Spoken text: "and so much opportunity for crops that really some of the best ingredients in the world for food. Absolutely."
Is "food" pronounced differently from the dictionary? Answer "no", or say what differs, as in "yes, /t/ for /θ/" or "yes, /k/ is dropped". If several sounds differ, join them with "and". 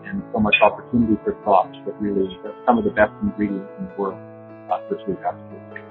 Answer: yes, /d/ is dropped